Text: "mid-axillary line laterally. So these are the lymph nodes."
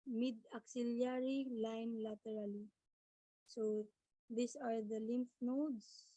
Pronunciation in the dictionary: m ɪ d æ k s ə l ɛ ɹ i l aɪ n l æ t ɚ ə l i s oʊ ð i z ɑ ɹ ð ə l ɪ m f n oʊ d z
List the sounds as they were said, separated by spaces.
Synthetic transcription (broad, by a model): m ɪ d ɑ k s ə l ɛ ɹ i l aɪ n l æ t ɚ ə l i s oʊ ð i s ɑ ɹ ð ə l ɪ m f n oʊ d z